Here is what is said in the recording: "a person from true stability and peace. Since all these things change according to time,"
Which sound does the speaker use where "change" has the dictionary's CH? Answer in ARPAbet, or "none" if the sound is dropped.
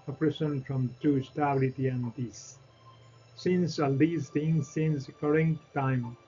S